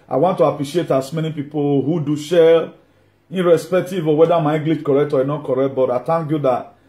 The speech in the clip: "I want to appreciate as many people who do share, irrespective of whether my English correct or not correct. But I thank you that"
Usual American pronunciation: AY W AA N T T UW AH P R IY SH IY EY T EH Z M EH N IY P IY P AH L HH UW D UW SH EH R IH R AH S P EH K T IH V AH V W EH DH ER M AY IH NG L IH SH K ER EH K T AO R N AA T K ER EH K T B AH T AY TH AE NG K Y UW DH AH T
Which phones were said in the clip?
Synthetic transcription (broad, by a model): AY W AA N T T UW AH P R IY SH IY EY T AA S M EH N IY P IY P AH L HH UW D UW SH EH L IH R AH S P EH K T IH V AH W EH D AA M AY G L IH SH K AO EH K T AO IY N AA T K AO EH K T B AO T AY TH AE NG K Y UW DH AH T